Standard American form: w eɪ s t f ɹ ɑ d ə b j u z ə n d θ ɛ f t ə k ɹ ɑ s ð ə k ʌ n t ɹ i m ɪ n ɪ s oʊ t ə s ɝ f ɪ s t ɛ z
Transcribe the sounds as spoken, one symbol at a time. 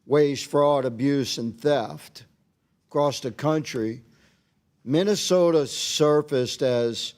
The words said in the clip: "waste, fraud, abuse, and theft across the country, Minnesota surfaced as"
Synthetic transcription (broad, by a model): w eɪ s f ɹ ɑ d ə b j u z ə n θ ɛ f t k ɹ ɑ s ð ə k ʌ n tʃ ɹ i m ɪ n ɪ s oʊ t ə s ɝ f ɪ s t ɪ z